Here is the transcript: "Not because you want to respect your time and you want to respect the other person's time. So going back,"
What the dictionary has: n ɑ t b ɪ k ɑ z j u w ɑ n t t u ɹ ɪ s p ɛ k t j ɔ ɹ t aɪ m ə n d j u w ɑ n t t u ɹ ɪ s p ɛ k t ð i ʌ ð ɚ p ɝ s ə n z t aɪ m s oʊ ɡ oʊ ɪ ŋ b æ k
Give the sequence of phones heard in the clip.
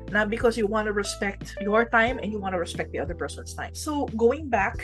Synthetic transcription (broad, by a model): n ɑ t b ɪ k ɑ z j u w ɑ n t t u ɹ ɪ s p ɛ k t j ɔ ɹ t aɪ m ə n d j u w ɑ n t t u ɹ ɪ s p ɛ k t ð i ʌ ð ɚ p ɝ s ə n s t aɪ m s oʊ ɡ oʊ ɪ ŋ b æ k